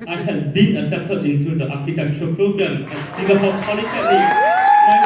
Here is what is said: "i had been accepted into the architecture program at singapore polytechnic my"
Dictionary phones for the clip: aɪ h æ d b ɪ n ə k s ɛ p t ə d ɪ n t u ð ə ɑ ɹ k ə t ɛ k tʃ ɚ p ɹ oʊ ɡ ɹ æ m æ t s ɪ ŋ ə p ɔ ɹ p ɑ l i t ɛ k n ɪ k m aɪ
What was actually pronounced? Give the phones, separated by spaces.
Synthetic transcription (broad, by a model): aɪ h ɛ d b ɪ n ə s ɛ p t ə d ɪ n t u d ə ɑ k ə t ɛ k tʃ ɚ p ɹ oʊ ɡ ɹ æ m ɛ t s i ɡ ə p ɔ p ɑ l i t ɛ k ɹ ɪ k